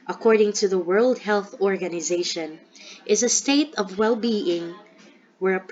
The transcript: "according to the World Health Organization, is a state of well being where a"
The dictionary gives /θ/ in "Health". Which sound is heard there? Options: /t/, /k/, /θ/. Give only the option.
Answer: /θ/